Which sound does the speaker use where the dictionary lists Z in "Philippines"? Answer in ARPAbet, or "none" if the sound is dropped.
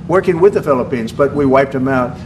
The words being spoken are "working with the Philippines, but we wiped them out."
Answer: Z